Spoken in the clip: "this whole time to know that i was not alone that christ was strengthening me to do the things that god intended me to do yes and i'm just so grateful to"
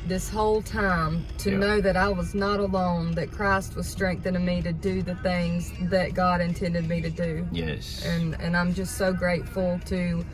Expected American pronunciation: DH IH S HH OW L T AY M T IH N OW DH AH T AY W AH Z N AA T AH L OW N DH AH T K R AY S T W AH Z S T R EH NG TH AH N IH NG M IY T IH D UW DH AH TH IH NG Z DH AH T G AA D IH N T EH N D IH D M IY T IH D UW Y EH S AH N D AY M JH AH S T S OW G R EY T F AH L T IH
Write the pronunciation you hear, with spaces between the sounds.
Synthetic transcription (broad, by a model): DH IH S HH OW L T AY M T IH N OW DH AH T AY W AH Z N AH T AH L OW N DH AH T K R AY S T W AH Z S T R EH NG TH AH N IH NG M IY T IH D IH DH AH TH IH NG Z DH AH T G AA D IH N T EH N D IH D M IY T IH D UW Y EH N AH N AY M JH AH S T S OW G R EY T F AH L T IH